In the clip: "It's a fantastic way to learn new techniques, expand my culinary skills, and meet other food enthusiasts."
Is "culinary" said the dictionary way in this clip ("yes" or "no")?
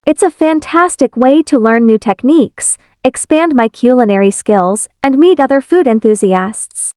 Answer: yes